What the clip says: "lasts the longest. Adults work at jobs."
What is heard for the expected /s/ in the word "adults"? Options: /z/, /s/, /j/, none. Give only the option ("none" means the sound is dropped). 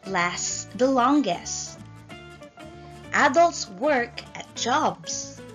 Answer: /s/